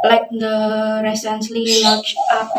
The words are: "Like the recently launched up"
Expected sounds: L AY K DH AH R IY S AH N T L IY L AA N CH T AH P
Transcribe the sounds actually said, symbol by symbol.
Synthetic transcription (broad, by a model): L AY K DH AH R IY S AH N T L IY W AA CH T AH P